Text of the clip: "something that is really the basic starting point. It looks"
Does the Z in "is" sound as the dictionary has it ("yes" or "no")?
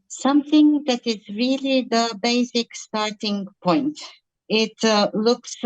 yes